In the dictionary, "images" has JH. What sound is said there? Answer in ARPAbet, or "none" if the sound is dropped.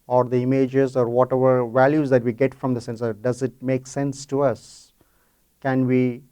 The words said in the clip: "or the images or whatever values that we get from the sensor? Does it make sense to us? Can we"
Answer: JH